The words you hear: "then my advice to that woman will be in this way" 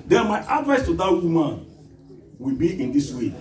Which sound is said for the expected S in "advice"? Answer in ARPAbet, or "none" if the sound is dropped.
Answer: S